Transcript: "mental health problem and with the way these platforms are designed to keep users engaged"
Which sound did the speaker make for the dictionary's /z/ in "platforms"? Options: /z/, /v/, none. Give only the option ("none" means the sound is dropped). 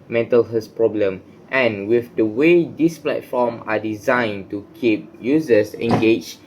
none